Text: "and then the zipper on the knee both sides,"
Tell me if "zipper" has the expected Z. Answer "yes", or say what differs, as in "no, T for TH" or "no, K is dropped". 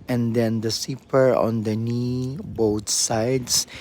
no, S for Z